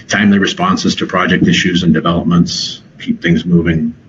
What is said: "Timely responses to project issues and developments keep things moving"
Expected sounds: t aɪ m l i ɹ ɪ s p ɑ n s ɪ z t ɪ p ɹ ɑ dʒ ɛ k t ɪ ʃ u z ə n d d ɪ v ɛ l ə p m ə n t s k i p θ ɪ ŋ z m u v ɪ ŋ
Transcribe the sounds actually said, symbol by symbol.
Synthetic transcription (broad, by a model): t aɪ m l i ɹ ɪ s p ɑ n s ɪ z t ɪ p ɹ ɑ dʒ ɛ k t ɪ ʃ u z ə n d d ɪ v ɛ l ə p m ə n t s k i p θ ɪ ŋ z m u v ɪ ŋ